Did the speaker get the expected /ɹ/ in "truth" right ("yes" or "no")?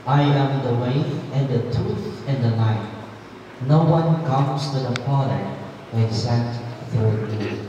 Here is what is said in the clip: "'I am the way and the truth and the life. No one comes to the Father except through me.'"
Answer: no